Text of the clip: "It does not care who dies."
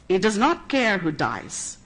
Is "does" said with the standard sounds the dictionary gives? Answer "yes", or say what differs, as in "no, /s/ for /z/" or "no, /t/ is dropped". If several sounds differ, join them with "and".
yes